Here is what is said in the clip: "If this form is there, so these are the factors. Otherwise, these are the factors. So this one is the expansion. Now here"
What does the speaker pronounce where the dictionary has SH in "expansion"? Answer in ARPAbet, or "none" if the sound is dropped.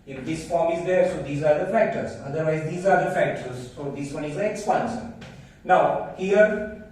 S